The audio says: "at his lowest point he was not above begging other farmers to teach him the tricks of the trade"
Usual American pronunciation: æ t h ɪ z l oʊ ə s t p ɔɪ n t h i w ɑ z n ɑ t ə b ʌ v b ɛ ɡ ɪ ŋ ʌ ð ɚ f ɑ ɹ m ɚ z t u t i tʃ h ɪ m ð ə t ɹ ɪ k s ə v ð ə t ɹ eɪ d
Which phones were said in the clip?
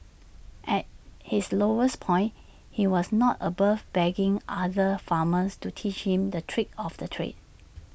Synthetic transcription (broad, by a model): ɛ t h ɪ s l oʊ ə s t p ɔɪ n h i w ɑ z n ɑ t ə b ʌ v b ɛ ɡ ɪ ŋ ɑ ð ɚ f ɑ m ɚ s t u t i tʃ h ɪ m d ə t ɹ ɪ k ə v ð ə t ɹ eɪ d